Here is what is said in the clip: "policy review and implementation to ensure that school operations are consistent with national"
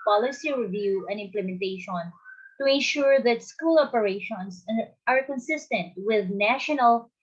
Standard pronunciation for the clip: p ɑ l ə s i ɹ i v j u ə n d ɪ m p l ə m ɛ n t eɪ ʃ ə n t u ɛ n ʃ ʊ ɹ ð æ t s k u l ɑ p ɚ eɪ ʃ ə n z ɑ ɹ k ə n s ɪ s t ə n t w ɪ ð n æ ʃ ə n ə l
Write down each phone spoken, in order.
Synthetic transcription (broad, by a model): p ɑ l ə s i ɹ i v j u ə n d ɪ m p l ə m ɛ n t eɪ ʃ ə n t u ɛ n ʃ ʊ ɹ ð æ t s k u l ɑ p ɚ eɪ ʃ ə n s ɑ ɹ k ə n s ɪ s t ə n t w ɪ ð n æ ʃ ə n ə l